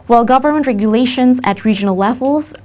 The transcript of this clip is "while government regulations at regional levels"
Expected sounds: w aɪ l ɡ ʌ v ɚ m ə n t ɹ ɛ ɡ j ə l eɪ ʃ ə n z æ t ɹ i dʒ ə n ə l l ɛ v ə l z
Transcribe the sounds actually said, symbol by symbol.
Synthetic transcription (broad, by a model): w aɪ l ɡ ʌ v ɚ m ə n t ɹ ɛ ɡ j ə l eɪ ʃ ə n z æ t ɹ i dʒ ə n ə l l ɛ v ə l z